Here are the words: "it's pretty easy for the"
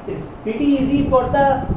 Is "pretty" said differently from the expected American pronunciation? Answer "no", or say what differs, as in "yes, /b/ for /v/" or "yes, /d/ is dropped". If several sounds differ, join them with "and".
yes, /ɹ/ is dropped